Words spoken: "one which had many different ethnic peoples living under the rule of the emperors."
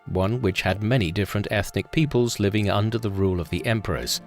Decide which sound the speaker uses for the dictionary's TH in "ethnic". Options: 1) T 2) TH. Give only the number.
2